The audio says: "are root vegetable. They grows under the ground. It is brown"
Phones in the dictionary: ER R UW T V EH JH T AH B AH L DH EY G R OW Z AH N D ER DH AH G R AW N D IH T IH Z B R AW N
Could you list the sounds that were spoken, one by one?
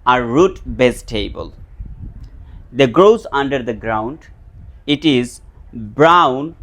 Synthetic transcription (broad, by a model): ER R UW T B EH Z T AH B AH L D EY G R OW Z AH N D ER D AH G R AW N D IH T IH Z B R AW N